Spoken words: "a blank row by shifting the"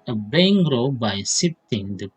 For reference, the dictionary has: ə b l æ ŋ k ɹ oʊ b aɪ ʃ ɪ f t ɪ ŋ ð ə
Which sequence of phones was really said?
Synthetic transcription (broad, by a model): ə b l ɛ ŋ ɹ oʊ b aɪ s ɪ t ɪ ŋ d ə